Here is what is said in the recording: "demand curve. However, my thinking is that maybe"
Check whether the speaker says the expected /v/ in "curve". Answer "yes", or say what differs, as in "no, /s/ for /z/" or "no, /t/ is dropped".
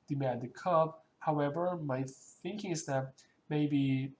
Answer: no, /b/ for /v/